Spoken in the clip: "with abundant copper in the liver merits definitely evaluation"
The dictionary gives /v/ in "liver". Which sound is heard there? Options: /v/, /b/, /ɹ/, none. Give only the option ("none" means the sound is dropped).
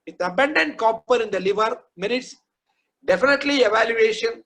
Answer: /v/